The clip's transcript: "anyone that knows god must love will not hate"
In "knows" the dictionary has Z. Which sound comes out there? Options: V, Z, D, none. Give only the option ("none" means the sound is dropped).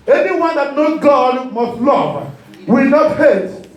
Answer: none